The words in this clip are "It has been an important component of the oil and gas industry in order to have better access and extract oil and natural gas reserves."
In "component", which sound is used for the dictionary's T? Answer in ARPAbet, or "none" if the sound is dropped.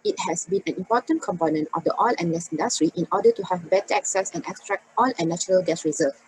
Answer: T